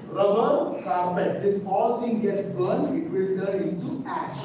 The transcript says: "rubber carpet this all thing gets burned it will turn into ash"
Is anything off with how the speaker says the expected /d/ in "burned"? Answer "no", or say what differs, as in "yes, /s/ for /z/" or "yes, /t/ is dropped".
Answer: yes, /d/ is dropped